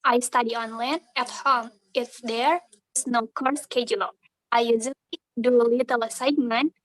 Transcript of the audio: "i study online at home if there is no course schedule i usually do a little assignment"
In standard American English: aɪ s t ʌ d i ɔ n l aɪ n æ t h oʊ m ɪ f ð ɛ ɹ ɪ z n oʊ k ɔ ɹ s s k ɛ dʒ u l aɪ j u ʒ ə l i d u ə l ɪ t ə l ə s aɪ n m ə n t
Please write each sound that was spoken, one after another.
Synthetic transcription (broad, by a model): aɪ s t ʌ d i ɔ n l aɪ n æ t h oʊ m ɪ f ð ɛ ɹ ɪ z n oʊ k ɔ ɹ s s k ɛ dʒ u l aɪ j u z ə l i d u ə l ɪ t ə l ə s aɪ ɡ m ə n